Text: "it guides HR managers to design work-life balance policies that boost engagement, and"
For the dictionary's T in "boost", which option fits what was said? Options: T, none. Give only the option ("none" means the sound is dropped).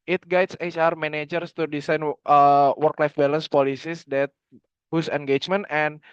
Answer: none